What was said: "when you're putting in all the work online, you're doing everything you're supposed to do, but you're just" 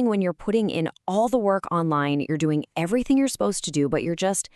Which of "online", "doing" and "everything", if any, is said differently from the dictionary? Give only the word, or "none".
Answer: none